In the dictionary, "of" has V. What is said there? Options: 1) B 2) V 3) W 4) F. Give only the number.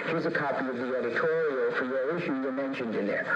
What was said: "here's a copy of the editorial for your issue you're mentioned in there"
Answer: 2